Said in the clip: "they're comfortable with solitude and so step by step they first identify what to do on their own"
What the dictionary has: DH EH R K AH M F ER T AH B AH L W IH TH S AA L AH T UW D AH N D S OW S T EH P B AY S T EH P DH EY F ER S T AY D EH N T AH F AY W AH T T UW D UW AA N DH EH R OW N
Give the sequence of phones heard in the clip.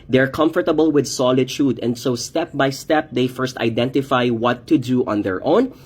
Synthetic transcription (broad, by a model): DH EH R K AH M F ER T AH B AH L W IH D S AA L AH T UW D AH N D S OW S T EH P B AY S T EH P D EY F ER S T AY D EH N T AH F AY W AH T T UW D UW AA N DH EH R OW N